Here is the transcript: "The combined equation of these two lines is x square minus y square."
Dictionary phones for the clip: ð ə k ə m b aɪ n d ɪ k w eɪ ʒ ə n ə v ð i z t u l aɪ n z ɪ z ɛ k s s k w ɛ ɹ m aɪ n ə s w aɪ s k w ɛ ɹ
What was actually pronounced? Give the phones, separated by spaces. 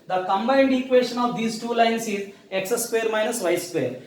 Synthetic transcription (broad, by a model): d ə k ə m b aɪ n d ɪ k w eɪ ʃ ə n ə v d i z t u l aɪ n s ɪ z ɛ k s s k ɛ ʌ ɹ m aɪ n ə s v aɪ s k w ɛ ɹ